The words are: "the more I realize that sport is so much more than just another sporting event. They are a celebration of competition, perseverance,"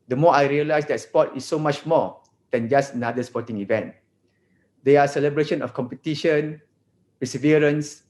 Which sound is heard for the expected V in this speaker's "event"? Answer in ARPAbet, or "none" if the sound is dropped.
V